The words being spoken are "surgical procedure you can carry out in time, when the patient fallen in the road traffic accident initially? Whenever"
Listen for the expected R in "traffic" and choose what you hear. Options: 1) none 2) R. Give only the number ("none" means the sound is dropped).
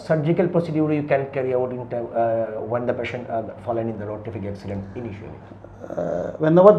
1